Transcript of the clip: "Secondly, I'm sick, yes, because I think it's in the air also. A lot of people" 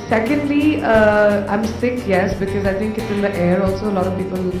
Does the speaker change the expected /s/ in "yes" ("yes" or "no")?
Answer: no